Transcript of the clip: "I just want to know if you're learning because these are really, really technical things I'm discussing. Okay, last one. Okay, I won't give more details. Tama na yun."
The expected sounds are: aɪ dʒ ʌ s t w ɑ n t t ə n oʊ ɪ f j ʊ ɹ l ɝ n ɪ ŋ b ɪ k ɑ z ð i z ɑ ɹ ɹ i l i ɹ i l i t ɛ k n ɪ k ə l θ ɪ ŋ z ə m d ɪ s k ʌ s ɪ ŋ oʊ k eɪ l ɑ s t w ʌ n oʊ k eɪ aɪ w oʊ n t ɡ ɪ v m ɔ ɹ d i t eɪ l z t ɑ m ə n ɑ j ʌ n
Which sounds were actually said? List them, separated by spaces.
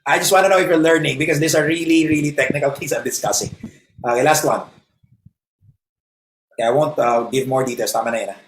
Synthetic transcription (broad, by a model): aɪ dʒ ʌ s t w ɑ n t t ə n oʊ ɪ f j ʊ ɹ l ɝ n ɪ ŋ b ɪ k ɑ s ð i s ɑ ɹ ɹ i l i ɹ i l i t ɛ k n ɪ k ə l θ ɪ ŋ s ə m d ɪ s k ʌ s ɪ ŋ oʊ k eɪ l ɑ s t w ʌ n oʊ k eɪ aɪ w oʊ n t ɡ ɪ v m ɔ ɹ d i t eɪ l s t ɑ m ə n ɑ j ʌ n